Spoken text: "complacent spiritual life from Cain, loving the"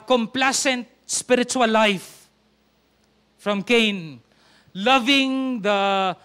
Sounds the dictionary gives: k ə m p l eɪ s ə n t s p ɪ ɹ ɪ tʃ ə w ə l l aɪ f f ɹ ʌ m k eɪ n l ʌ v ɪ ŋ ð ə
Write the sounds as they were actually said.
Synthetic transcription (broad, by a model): k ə m p l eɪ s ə n t s p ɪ ɹ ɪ tʃ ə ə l l aɪ f f ɹ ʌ m k eɪ n l ʌ v ɪ ŋ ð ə